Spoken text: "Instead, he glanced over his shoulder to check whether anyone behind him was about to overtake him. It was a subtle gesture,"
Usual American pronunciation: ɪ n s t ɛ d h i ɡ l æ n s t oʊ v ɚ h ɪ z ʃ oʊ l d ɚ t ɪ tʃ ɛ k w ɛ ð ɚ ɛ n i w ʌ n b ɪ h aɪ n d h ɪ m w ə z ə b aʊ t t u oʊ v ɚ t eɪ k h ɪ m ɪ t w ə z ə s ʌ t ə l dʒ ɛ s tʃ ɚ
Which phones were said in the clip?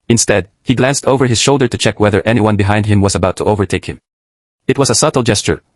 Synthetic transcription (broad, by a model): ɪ n s t ɛ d h i ɡ l æ n s t oʊ v ɚ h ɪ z ʃ oʊ l d ɚ t ɪ tʃ ɛ k w ɛ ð ɚ ɛ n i w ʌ n b ɪ h aɪ n d h ɪ m w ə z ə b aʊ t t u oʊ v ɚ t eɪ k h ɪ m ɪ t w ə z ə s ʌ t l dʒ ɛ s tʃ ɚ